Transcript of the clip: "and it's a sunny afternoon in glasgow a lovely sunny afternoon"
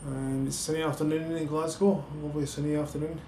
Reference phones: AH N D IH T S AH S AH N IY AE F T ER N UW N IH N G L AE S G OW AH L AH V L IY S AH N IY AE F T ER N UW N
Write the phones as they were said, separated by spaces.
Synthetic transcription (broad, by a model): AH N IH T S S AH N IY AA F T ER N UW N IH N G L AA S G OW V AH B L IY S AH N IY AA F T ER N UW N